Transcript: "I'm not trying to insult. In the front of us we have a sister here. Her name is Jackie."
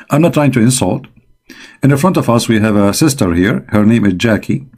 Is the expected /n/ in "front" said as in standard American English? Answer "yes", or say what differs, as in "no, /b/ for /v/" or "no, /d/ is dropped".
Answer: yes